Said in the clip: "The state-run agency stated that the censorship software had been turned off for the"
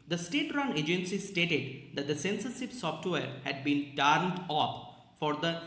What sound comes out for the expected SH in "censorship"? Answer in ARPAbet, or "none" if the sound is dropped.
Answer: S